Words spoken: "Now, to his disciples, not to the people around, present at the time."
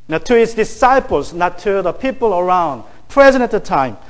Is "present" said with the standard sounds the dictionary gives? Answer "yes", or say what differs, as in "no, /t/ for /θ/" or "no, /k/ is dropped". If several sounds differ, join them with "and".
no, /t/ is dropped